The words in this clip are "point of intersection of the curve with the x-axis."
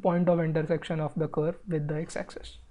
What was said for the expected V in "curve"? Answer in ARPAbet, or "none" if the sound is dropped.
V